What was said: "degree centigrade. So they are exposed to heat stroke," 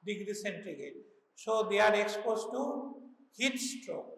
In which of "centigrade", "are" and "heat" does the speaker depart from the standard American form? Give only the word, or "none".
centigrade